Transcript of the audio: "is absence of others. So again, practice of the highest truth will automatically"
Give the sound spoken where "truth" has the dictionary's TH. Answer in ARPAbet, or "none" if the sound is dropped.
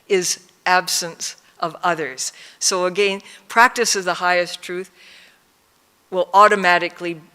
TH